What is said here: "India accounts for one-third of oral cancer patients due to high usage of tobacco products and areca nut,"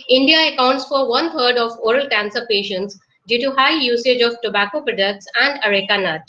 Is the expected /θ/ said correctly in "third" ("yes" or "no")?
no